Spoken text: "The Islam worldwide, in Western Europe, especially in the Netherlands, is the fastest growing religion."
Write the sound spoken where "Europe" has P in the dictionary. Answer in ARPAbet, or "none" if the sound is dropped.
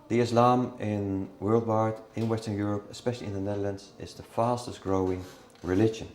P